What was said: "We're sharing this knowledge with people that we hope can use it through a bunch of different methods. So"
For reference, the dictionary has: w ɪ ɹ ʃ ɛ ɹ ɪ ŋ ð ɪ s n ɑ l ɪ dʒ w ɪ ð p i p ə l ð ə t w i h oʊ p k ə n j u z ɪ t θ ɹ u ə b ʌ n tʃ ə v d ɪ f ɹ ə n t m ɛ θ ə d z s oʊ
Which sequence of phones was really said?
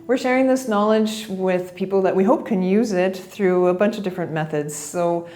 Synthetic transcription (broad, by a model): w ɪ ɹ ʃ ɛ ɹ ɪ ŋ ð ɪ s n ɑ l ɪ dʒ w ɪ ð p i p l ð ə t w i h oʊ p k ə n j u z ɪ t θ ɹ u ə b ʌ n tʃ ə v d ɪ f ɹ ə n m ɛ θ ə d z s oʊ